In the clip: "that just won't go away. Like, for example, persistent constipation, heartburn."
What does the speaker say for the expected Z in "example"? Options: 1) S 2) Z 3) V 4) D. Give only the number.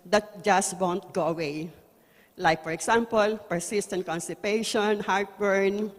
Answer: 1